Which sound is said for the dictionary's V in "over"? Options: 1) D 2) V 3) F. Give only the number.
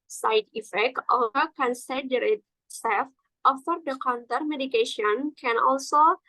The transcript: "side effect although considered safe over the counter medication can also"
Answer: 3